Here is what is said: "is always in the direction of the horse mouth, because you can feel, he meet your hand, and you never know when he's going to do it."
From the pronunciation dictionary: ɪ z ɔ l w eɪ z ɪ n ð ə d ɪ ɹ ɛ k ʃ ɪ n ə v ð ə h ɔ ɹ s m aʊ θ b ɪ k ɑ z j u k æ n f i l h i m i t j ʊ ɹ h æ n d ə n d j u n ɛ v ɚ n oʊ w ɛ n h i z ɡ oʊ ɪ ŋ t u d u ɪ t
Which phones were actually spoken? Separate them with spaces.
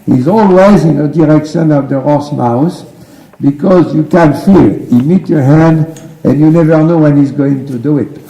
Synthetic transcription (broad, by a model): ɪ z ɔ l w eɪ z ɪ n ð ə d ɪ ɹ ɛ k ʃ ɪ n ə v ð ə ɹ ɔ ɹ s m aʊ s b ɪ k ɑ z j u k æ n f i l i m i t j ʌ ɹ h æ n d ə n j u n ɛ v ɚ n oʊ w ɛ n h i z ɡ oʊ ɪ ŋ t u d u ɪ t